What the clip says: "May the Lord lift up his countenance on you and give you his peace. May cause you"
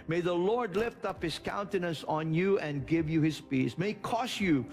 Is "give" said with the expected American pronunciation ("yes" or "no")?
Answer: yes